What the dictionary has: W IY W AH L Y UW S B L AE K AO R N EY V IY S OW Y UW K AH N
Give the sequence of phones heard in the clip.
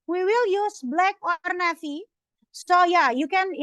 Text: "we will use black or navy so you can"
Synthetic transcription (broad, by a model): W IY W AH L Y UW S B L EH K AO R N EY F IY S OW Y UW K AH N